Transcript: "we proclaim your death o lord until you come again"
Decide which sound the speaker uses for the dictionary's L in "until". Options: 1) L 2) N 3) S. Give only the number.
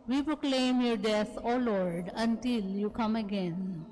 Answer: 1